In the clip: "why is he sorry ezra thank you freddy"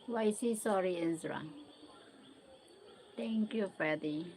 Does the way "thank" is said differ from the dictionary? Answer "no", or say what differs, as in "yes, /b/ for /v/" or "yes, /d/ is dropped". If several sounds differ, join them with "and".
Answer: yes, /t/ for /θ/